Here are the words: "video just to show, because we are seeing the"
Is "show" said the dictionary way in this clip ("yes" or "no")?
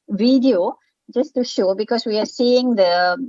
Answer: yes